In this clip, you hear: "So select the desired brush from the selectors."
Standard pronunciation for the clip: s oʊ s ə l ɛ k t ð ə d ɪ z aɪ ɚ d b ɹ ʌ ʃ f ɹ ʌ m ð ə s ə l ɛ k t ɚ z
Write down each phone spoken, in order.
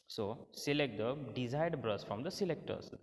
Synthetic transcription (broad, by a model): s oʊ s ə l ɛ k t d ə d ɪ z aɪ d b ɹ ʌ s f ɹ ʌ m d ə s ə l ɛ k t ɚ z